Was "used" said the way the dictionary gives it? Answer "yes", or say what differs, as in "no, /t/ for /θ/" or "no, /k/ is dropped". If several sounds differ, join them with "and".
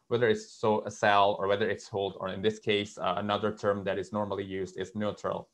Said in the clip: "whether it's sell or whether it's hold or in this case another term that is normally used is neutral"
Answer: yes